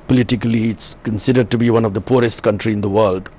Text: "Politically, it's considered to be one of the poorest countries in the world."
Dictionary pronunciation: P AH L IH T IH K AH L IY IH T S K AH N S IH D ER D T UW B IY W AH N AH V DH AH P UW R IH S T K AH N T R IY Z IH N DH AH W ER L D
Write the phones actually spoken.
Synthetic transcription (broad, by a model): P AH L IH T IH K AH L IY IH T S K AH N S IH D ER D T UW B IY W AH N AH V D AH P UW R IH S T K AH N T R IY IH N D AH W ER L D